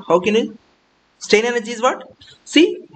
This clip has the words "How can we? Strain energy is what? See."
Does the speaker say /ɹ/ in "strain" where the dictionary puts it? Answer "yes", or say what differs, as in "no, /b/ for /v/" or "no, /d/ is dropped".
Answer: no, /ɹ/ is dropped